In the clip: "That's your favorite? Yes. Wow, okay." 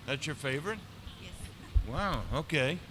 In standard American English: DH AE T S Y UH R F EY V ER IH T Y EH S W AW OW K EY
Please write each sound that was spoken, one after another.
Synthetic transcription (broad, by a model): DH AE T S Y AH R F EY V ER IH T Y EH S W AW OW K EY